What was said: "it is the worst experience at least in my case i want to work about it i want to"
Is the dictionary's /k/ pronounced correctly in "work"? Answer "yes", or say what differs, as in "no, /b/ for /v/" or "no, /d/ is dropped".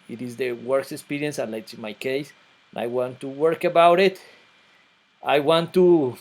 yes